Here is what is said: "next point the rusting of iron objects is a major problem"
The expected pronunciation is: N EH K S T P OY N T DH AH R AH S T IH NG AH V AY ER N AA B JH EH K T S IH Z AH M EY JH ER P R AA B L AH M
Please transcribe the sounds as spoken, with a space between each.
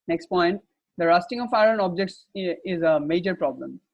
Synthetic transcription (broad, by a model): N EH K S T P OY N T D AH R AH S T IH NG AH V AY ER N AA B JH EH K T S IH Z AH M EY JH ER P R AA B L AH M